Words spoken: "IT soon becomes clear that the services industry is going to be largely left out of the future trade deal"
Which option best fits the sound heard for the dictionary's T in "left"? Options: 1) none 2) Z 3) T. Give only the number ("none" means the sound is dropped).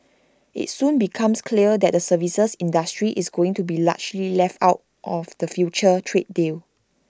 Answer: 3